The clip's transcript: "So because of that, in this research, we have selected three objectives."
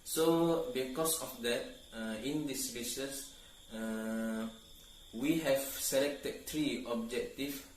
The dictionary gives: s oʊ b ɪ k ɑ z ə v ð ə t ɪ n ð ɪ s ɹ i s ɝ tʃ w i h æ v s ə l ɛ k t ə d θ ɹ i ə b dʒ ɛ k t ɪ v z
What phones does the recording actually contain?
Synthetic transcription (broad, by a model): s oʊ b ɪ k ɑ s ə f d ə t ɪ n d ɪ s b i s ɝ s w i h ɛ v s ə l ɛ k t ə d t ɹ i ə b dʒ ɛ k t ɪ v